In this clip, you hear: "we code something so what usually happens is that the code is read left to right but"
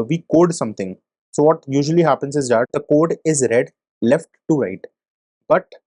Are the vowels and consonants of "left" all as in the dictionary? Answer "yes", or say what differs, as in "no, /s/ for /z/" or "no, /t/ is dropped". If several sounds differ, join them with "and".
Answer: yes